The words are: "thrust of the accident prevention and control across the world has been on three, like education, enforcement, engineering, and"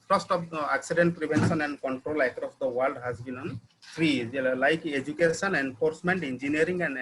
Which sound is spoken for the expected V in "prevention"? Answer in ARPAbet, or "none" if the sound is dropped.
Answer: B